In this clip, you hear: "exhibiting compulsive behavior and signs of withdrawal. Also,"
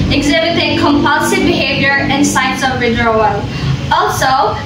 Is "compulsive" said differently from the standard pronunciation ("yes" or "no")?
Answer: no